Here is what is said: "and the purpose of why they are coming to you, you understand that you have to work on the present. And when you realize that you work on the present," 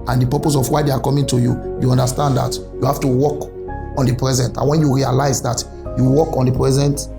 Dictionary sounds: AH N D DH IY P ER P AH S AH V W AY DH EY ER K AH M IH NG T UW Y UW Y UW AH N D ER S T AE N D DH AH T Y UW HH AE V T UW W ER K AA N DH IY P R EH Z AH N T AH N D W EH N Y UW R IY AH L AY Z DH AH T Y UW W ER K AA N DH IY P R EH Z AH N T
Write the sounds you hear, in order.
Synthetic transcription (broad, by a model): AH N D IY P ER P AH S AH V W AY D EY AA K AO M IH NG T UW Y UW Y UW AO N D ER S T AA N D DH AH T Y UW HH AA F T UW W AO K AA N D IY P R EH Z AH N T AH N W EH N Y UW R IY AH L AY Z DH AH T Y UW W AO K AA N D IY P R EH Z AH N T